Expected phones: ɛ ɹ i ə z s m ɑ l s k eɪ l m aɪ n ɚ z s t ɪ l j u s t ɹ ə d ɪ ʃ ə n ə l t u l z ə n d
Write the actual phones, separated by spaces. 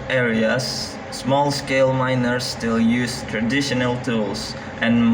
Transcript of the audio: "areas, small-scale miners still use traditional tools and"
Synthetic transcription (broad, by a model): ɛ ɹ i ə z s m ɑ l s k eɪ l m aɪ n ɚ s t ɪ l j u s t ɹ ə d ɪ ʃ ə n ə l t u l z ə n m